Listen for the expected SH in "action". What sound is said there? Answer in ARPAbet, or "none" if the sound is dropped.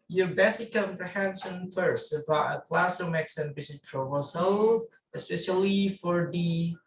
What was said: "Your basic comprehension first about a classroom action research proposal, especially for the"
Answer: S